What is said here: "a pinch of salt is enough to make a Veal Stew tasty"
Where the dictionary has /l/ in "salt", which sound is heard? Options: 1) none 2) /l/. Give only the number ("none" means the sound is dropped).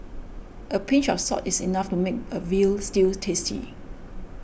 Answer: 1